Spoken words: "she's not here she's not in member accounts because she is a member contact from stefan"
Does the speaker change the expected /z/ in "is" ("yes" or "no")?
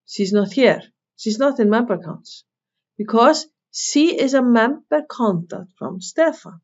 no